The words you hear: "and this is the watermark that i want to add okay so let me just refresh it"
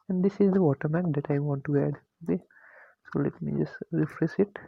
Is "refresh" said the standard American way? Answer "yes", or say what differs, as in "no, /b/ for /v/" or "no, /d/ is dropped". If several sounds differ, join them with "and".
no, /s/ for /ʃ/